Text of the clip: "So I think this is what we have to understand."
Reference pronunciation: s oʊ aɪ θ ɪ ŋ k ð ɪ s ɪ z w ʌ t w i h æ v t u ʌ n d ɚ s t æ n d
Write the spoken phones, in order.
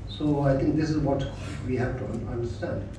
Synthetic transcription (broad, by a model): s oʊ aɪ t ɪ ŋ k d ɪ s ɪ z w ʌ t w i h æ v t u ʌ n d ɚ s t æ n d